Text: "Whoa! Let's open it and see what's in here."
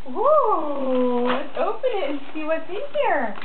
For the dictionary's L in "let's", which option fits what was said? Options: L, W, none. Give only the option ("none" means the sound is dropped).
W